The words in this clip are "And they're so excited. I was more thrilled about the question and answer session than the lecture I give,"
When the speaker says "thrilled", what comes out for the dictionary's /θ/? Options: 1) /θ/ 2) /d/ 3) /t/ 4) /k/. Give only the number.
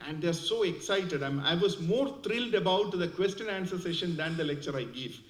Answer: 3